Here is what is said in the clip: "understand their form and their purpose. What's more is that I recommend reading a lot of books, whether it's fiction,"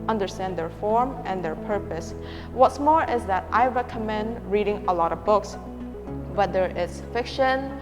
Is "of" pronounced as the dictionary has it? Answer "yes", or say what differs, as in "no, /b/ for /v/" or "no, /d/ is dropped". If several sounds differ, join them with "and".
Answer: yes